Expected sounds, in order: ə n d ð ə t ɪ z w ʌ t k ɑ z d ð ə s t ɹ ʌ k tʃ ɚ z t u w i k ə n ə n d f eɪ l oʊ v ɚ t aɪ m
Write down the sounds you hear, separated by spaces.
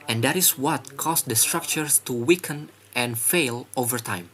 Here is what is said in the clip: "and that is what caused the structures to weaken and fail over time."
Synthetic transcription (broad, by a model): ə n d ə t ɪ s w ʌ t k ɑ s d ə s t ɹ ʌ k tʃ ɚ s t u w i k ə n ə n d f eɪ l oʊ v ɚ t aɪ m